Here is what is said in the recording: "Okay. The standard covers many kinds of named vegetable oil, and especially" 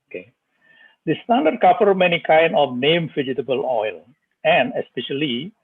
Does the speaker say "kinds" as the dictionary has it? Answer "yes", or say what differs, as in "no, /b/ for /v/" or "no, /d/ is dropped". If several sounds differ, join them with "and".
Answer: no, /z/ is dropped